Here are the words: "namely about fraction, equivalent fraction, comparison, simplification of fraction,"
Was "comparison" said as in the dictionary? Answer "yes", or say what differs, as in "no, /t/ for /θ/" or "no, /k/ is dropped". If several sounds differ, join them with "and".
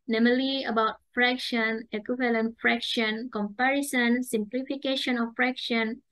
yes